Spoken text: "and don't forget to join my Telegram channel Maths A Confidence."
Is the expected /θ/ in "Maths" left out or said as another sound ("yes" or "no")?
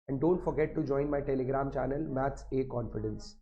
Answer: yes